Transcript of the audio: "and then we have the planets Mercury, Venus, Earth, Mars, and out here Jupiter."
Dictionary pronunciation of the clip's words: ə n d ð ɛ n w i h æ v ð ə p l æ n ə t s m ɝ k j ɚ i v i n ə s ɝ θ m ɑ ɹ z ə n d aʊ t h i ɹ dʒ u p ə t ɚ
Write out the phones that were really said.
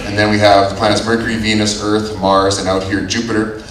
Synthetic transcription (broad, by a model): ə n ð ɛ n w i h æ v ð ə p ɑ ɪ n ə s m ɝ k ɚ i v i n ə s ɝ θ m ɑ ɹ z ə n aʊ t h i ɹ dʒ u p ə t ɚ